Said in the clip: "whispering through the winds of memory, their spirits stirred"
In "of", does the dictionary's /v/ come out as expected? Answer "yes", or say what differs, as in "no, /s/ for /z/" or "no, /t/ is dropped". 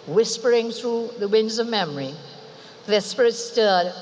yes